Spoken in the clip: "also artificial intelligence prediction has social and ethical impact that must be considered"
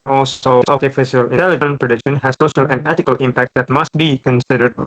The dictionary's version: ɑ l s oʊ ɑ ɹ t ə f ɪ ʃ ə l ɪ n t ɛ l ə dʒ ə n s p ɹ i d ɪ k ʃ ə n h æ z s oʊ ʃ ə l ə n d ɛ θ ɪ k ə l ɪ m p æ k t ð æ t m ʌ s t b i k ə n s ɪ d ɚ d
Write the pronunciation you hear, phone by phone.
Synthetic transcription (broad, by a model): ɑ l s oʊ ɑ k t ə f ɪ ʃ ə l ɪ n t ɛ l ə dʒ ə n p ɹ i d ɪ k ʃ ə n h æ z s oʊ ʃ ə l ə n d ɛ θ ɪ k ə l ɪ m p æ k t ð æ t m ʌ s t b i k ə n s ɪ d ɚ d